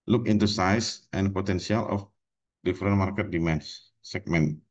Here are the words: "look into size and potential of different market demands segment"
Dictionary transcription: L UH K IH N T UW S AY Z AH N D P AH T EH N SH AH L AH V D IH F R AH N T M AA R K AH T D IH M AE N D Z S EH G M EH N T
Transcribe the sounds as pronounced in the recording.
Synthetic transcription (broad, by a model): L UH K IH N T UW S AY S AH N P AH T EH N S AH L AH F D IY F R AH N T M AA R K AH T D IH M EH N S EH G M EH N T